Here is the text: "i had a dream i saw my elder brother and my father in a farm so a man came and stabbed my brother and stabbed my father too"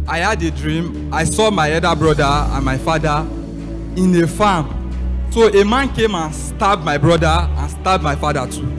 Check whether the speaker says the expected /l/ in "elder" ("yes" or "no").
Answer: no